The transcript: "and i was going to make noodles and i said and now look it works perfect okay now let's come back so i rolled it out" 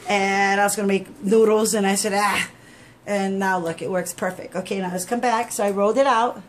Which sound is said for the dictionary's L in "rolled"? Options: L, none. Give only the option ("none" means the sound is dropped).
none